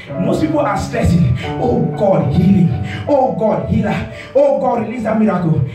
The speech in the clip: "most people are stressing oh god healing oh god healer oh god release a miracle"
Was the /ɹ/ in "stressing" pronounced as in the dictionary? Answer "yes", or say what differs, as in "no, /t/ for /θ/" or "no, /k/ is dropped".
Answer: no, /ɹ/ is dropped